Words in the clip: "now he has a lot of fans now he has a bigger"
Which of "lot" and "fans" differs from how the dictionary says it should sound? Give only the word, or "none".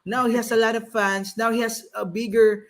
fans